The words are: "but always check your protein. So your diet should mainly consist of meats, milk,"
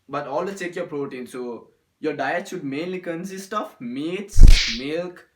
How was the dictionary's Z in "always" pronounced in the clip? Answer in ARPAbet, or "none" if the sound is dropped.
none